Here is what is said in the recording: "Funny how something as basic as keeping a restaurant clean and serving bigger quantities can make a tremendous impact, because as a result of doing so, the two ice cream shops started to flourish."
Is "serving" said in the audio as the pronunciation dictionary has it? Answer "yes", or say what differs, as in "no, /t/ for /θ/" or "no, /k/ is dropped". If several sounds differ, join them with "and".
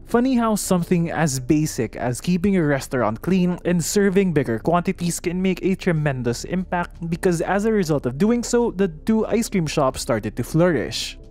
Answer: yes